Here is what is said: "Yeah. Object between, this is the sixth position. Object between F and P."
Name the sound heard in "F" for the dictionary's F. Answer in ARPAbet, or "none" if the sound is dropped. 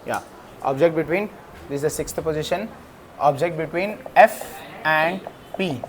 F